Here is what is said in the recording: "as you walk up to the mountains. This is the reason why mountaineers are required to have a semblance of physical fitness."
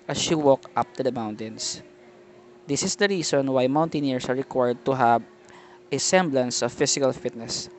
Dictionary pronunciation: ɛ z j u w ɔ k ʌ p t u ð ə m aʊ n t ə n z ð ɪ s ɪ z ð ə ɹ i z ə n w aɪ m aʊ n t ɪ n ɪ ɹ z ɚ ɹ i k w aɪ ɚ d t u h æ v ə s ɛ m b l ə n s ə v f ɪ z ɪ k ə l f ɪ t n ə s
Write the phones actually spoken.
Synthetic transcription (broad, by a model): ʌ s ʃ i w ɔ k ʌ p t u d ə m aʊ n t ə n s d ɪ s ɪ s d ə ɹ i s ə n w aɪ m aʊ n t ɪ n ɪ ɹ s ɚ ɹ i k w aɪ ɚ d t u h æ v ə s ɛ m b l ə n s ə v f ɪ s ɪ k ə l f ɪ t n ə s